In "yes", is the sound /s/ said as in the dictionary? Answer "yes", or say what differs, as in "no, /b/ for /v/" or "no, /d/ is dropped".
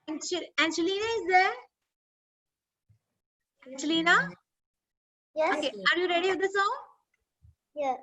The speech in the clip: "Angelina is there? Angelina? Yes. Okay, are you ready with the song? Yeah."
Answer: no, /s/ is dropped